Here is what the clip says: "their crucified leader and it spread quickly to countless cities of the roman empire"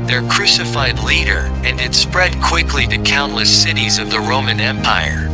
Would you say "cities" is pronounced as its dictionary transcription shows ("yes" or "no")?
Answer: yes